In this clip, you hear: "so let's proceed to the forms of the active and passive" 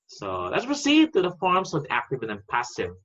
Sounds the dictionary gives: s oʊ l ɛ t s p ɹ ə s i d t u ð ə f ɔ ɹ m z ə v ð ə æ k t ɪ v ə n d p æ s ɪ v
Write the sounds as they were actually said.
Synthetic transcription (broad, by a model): s oʊ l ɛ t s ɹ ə s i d t u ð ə f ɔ ɹ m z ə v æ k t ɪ b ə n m p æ s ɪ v